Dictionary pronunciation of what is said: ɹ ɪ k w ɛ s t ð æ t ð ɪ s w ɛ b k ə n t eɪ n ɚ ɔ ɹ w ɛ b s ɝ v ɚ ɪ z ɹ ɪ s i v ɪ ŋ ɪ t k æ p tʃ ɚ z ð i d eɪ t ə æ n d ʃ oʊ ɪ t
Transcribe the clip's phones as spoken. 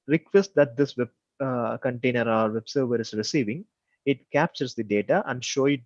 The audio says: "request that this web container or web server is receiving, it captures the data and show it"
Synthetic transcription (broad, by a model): ɹ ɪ k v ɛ s t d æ t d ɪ s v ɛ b k ə n t eɪ n ɚ ɔ ɹ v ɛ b s ɝ v ɚ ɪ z ɹ ɪ s i v ɪ ŋ ɪ t k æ p tʃ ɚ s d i d eɪ t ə æ n d ʃ oʊ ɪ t